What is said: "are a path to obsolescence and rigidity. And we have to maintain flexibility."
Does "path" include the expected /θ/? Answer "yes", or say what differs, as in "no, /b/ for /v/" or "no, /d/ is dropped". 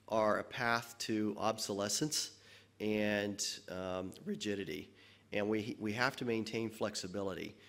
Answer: yes